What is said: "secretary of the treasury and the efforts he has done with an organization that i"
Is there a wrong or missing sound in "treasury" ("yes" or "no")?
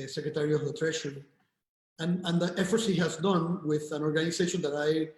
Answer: yes